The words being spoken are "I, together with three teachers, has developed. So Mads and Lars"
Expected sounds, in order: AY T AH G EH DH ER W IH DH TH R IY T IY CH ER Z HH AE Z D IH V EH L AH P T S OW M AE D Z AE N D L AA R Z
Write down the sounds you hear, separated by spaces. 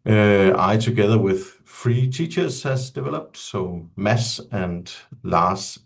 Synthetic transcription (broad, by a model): AY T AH G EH DH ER W IH DH F R IY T IY CH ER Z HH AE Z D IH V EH L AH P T S OW M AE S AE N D L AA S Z